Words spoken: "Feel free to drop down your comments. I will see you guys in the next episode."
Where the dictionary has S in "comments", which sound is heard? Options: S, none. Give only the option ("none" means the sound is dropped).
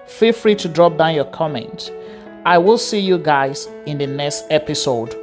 none